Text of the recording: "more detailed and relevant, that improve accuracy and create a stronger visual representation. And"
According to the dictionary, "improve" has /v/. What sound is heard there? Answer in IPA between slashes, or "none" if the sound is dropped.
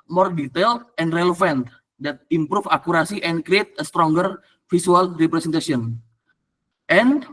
/f/